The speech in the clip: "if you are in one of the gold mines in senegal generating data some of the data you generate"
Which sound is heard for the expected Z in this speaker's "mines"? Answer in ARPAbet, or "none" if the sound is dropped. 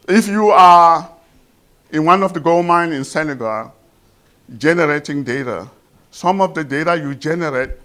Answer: none